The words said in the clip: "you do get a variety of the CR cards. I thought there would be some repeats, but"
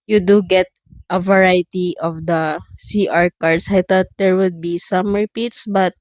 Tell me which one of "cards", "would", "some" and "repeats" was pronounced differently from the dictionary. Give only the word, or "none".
cards